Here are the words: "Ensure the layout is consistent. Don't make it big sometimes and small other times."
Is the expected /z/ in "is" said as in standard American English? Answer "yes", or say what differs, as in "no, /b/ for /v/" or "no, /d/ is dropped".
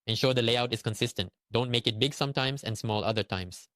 no, /s/ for /z/